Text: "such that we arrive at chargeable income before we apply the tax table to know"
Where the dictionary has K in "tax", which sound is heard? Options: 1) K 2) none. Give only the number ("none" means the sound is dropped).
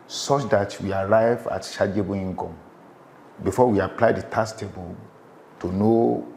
2